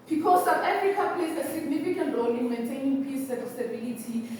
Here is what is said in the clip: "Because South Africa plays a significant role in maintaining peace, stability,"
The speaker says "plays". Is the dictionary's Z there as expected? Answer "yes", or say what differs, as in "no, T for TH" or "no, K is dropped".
no, S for Z